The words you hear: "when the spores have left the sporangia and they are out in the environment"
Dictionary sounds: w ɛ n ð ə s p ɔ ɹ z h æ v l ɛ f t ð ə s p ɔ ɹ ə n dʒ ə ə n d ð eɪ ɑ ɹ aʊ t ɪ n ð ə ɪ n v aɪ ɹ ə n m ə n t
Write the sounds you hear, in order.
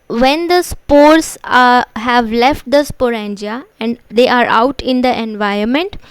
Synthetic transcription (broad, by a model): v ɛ n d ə s p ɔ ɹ s h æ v l ɛ f t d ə s p ɔ ɹ ə n dʒ ə ə n d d eɪ ɑ ɹ aʊ t ɪ n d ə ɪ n v aɪ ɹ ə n m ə n t